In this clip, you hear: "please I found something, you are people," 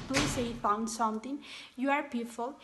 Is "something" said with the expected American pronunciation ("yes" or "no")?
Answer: no